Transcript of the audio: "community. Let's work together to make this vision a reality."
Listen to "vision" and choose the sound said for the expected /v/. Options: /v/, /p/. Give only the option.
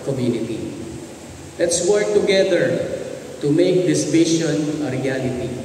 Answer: /p/